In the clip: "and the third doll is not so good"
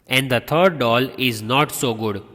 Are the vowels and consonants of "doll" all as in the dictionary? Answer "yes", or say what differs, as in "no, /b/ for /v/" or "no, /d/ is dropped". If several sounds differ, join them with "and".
yes